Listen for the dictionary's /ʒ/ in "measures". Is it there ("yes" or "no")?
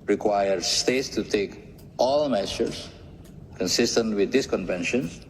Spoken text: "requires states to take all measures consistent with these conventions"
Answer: no